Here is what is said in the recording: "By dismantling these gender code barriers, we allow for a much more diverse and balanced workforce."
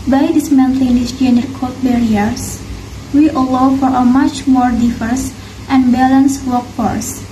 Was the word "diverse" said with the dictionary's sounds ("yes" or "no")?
no